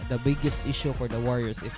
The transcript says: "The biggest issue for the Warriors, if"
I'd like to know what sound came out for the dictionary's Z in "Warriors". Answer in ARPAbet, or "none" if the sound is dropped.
S